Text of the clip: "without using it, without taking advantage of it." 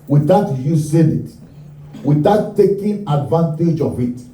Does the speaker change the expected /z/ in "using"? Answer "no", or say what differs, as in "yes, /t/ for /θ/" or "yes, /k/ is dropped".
yes, /s/ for /z/